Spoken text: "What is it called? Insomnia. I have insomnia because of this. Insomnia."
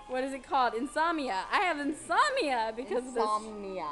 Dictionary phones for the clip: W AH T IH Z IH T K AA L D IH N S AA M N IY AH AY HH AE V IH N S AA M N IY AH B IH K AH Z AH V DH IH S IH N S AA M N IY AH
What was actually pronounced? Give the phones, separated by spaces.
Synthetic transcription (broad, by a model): W AH T IH Z IH T K AA L D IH N S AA M IY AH AY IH V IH N S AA M IY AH B IH K AH Z AH V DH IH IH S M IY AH